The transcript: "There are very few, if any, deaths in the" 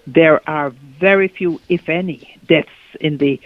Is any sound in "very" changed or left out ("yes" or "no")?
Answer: no